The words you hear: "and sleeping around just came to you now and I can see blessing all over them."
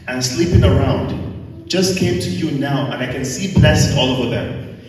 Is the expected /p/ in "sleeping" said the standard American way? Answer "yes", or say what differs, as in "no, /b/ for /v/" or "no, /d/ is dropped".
yes